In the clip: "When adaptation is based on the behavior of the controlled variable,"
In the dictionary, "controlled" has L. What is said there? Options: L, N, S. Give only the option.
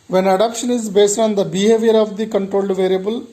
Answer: L